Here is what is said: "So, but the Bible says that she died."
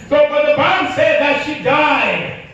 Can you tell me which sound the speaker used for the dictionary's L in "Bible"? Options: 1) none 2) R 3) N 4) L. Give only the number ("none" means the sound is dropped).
3